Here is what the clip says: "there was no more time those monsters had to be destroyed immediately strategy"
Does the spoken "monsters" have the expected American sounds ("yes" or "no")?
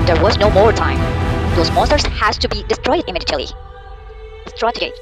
no